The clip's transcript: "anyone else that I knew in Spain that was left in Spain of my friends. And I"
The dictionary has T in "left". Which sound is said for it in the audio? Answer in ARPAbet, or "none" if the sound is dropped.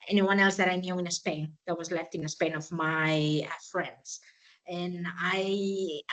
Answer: T